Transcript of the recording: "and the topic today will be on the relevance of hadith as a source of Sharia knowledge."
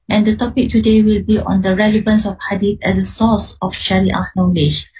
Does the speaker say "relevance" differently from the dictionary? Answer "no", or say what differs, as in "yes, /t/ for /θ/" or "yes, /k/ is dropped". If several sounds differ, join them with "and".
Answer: no